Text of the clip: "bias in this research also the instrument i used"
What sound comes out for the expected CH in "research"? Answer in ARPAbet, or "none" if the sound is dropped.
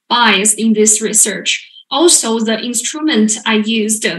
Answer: CH